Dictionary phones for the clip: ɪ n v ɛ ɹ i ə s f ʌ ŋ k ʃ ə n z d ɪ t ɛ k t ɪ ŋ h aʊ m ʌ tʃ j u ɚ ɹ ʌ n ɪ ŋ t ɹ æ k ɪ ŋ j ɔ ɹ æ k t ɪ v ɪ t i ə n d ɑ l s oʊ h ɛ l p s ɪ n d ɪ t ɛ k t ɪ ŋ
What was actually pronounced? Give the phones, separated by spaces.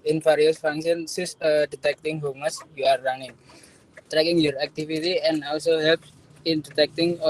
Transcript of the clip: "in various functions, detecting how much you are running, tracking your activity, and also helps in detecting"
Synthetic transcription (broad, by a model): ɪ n f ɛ ɹ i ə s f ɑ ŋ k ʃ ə n s d ɪ t ɛ k t ɪ ŋ h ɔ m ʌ s j u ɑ ɹ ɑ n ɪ ŋ t ɹ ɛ k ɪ ŋ j ɔ ɹ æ k t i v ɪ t i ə n ɑ l s oʊ h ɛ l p ɪ n d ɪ t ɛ k t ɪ ŋ